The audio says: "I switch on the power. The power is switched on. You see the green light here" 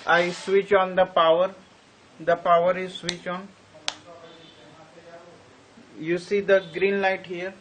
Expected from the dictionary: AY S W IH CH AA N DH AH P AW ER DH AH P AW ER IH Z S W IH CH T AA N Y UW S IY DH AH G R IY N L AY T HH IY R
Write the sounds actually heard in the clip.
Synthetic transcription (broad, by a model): AY S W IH CH AA N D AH P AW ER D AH P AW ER IH Z S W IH CH AA N Y UW S IY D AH G R IY N L AY T HH IY R